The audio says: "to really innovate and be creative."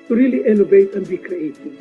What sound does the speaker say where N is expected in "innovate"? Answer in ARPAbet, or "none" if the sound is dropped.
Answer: L